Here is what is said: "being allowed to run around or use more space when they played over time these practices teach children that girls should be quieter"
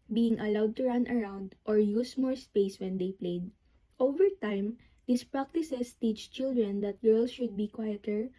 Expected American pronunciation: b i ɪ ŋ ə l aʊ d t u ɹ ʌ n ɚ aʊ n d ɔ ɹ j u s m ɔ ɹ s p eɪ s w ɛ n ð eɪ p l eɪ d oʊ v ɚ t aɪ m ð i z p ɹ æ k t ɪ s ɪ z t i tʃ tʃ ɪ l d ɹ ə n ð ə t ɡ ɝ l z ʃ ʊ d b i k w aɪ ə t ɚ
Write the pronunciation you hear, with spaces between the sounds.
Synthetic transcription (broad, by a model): b i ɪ ŋ ə l aʊ d t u ɹ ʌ n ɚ aʊ n d ɔ ɹ j u s m ɔ ɹ s p eɪ s w ɛ n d eɪ p l eɪ d oʊ v ɚ t aɪ m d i s p ɹ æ k t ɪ s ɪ s t i tʃ tʃ ɪ l d ɹ ə n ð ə t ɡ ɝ l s ʃ ʊ d b i k w aɪ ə t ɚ